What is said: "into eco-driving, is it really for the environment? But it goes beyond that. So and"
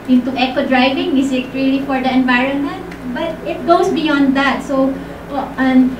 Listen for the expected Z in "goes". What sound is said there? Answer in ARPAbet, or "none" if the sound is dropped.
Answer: S